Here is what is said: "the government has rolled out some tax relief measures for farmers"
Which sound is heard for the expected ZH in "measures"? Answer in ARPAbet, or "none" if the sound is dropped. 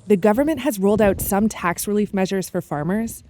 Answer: ZH